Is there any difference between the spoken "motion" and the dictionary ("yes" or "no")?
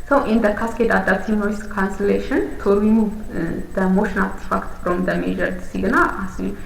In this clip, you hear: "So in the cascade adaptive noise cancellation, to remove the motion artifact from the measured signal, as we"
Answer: no